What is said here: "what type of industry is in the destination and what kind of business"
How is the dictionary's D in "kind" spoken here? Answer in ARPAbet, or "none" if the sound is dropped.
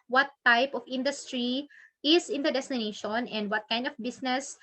D